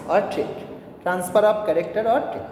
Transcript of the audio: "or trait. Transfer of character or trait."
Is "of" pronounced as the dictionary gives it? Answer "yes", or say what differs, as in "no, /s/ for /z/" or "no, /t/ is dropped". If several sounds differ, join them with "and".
no, /p/ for /v/